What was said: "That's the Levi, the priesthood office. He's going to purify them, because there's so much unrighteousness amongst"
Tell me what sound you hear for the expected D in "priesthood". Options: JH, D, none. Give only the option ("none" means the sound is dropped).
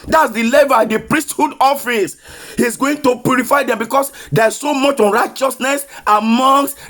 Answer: D